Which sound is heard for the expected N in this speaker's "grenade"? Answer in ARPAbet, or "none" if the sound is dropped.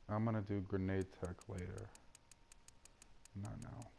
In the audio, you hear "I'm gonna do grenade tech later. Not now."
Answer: N